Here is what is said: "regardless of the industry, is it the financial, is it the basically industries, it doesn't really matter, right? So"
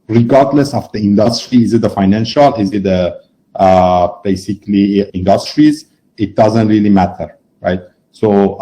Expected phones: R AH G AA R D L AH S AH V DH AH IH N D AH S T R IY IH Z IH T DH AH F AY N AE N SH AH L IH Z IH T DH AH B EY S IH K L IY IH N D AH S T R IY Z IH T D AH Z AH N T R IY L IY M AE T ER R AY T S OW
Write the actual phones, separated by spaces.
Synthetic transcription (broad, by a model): R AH G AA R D L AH S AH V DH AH IH N D AH S T R IY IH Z IH T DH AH F AY N AE N SH AH L IH Z IH T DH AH B EY S IH K L IY IH N D AH S T R IY Z IH T D AH Z AH N T R IY L IY M AE T ER R AY T S OW